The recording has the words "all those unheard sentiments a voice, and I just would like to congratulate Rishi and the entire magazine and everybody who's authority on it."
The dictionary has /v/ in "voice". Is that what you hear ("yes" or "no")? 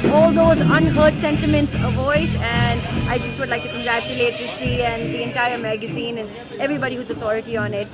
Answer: yes